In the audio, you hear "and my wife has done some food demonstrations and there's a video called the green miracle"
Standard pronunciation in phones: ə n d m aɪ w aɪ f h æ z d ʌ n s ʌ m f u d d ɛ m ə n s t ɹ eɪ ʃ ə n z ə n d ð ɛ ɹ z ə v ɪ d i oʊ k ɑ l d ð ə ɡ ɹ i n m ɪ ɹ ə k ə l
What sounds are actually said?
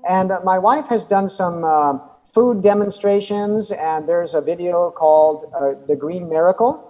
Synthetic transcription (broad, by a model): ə n m aɪ w aɪ f h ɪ z d ʌ n s ʌ m f u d d ɛ m ə n s t ɹ eɪ ʃ ə n z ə n ð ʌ ɹ z ə v ɪ d i oʊ k ɑ l d ð ə ɡ ɹ i n m ɪ ɹ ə k l